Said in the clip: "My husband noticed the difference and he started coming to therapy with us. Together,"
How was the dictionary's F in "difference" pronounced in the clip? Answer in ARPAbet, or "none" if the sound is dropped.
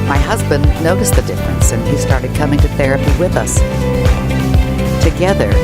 F